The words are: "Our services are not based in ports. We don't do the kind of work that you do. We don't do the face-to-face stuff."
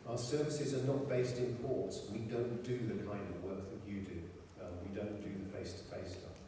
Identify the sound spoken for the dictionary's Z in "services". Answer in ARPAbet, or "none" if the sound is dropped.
Z